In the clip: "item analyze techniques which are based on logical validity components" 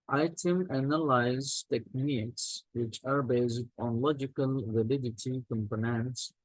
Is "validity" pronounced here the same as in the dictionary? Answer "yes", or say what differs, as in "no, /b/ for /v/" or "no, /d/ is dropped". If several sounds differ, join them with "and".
yes